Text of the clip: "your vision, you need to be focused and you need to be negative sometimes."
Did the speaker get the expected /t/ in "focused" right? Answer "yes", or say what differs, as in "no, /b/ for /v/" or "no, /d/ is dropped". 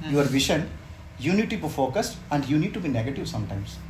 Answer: yes